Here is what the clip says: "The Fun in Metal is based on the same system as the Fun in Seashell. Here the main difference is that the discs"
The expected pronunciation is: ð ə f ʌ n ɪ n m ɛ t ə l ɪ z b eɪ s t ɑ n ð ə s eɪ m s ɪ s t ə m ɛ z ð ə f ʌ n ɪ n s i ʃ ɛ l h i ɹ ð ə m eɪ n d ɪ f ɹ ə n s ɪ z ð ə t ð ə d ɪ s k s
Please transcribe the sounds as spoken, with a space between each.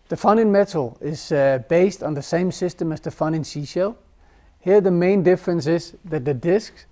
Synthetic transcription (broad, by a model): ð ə f ʌ n ɪ n m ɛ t l ɪ z b eɪ s t n ð ə s eɪ m s ɪ s t ə m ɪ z ð ə f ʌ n ɪ n s i ʃ ɛ l h i ɹ ð ə m eɪ n d ɪ f ɹ ə n s ɪ z ð ə t ð ə d ɪ s k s